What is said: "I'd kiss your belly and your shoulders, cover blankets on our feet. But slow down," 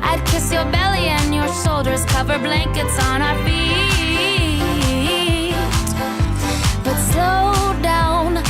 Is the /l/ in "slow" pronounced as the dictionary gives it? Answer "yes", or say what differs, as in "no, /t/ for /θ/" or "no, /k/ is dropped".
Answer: no, /l/ is dropped